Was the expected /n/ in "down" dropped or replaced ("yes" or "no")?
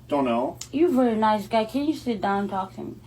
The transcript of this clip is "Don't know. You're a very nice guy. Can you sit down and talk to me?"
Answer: yes